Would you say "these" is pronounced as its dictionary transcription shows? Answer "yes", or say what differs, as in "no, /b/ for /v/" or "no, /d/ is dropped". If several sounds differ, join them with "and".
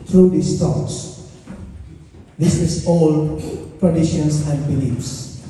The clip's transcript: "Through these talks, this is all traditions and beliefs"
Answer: no, /s/ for /z/